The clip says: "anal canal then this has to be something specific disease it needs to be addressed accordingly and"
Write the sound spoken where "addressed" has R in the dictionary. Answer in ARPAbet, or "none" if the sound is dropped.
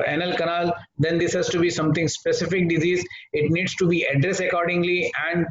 R